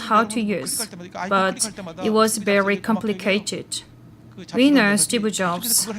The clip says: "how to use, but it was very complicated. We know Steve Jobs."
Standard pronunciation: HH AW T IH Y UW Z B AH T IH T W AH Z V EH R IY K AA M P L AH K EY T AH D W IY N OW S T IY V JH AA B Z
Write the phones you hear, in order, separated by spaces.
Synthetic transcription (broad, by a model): HH AW T IH Y UW Z B AH T IH T W AH Z V EH R IY K AA M P L AH K EY T AH D W IY N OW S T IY B JH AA B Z